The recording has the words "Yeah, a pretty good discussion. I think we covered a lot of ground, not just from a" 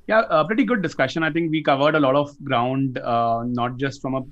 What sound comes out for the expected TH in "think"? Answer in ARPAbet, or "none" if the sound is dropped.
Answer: T